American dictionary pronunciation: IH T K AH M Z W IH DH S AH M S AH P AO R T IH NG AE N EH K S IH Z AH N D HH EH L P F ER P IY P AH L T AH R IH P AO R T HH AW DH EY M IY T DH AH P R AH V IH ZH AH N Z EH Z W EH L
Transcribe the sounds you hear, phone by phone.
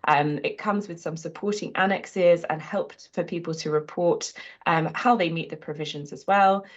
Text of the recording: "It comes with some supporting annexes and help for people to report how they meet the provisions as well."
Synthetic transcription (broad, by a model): IH T K AH M Z W IH DH S AH M S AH P AO T IH NG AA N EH K S IH Z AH N HH EH L P F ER P IY P AH L T AH R IH P AO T T HH AW DH EY M IY T DH AH P R AH V IH ZH AH N Z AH Z W EH L